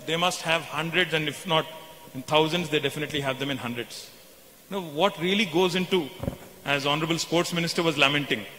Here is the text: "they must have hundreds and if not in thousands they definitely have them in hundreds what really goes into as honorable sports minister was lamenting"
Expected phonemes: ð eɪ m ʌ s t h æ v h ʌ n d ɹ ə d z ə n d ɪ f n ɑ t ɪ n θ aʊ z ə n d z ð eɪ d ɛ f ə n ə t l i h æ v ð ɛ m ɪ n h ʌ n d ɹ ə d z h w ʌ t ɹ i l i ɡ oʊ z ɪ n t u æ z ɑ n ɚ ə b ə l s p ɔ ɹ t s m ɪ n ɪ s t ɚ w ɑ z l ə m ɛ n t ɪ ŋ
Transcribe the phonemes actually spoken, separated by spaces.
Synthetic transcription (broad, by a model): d eɪ m ʌ s t h æ v h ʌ n d ɹ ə d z ə n d ɪ f n ɑ t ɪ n t aʊ z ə n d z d eɪ d ɛ f ə n ə t l i h æ v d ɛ m ɪ n h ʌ n d ɹ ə d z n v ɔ t ɹ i l i ɡ oʊ z ɪ n t u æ z ɑ n ɚ ə b ə l s p ɔ ɹ t s m ɪ n ɪ s t ɚ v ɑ z l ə m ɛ n t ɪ ŋ